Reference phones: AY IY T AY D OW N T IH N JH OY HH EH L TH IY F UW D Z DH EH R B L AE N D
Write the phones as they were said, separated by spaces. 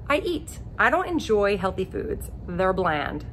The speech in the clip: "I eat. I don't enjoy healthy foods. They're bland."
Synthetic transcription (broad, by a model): AY IY T AY D OW N T IH N JH OY HH EH L TH IY F UW D Z DH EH R B L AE N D